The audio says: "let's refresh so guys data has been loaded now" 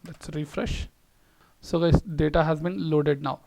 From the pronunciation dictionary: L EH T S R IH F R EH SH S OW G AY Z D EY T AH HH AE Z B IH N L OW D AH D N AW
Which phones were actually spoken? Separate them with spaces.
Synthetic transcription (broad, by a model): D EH T S R IH F R EH SH S OW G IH D EY T AH HH AE Z B IH N L OW D AH D N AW